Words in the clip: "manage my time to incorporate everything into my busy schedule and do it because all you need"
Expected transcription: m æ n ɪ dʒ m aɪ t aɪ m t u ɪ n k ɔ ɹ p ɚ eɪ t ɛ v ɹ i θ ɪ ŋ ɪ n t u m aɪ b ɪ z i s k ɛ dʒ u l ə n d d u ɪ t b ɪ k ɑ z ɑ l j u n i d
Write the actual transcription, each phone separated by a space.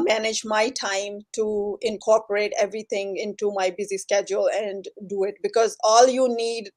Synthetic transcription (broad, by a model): m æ n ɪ dʒ m aɪ t aɪ m t u ɪ n k ɔ ɹ p ɚ eɪ t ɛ v ɹ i t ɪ ŋ ɪ n t u m aɪ b ɪ z i s k ɛ dʒ u l ə n d d u ɪ t b ɪ k ɑ z ɑ l j u n i d